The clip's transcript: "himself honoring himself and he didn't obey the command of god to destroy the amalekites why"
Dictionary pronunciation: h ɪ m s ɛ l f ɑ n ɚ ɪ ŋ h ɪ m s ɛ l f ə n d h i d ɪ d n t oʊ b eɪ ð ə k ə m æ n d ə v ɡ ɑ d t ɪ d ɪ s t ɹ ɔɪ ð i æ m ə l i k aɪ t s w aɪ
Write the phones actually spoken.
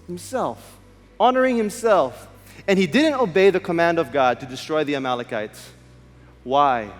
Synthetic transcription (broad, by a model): h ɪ m s ɛ l f ɑ n ɚ ɪ ŋ h ɪ m s ɛ l f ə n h i d ɪ d n t oʊ b eɪ ð ə k ə m æ n d ə v ɡ ɑ d t ɪ d ɪ s t ɹ ɔɪ ð i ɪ m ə l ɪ k aɪ t s w aɪ